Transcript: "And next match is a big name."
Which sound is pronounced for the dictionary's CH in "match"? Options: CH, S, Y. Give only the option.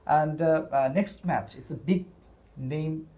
CH